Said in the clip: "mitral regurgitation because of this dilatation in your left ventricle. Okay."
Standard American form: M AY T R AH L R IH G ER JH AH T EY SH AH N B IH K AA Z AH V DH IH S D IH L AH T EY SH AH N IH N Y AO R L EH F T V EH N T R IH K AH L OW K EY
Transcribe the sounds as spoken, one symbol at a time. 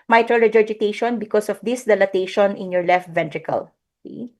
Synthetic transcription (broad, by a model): M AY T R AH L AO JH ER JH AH T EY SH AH N B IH K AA S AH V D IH S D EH L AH T EY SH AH N IH N Y AO R L EH F T V EH N T R IH K AH L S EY